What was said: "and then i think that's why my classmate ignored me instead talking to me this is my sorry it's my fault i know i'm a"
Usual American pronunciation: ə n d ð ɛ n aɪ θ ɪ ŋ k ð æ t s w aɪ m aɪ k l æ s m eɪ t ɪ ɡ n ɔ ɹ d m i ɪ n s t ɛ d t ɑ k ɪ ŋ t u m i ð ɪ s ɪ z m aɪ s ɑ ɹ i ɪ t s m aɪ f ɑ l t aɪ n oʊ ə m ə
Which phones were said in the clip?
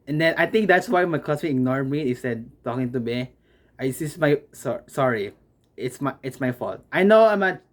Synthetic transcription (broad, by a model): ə n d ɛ n aɪ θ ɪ ŋ k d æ t s w aɪ m aɪ k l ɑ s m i ɪ ɡ n ɔ ɹ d m i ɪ s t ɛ d t ɑ k ɪ ŋ t u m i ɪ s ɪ s m aɪ s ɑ ɹ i ɪ t s m aɪ f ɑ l t aɪ n oʊ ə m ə